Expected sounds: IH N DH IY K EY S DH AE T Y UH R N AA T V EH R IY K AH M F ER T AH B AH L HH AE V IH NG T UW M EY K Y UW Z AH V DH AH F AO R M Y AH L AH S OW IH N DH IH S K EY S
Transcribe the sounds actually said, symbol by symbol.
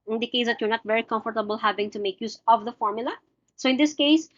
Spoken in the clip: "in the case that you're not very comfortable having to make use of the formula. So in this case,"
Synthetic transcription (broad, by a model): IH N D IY K EY S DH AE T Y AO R N AA T V EH R IY K AH M F ER T AH B AH L HH AE V IH NG T UW M EY K Y UW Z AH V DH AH F AO R M Y AH L AH S OW IH N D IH S K EY S